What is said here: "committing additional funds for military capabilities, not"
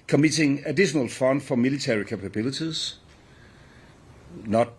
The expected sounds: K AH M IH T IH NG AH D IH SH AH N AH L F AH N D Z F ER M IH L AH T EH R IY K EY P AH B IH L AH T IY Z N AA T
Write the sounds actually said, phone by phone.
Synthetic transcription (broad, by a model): K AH M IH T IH NG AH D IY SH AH N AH L F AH N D F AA M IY L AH S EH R IY K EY P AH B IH L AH S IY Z N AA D